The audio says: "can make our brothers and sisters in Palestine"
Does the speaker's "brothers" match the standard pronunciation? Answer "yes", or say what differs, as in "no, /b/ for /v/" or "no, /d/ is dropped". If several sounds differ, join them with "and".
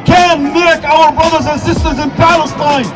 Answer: yes